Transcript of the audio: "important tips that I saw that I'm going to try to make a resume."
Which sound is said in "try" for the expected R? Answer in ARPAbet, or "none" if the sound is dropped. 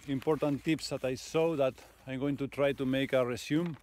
R